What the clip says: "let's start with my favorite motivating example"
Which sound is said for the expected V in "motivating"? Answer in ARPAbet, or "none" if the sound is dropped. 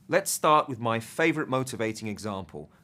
V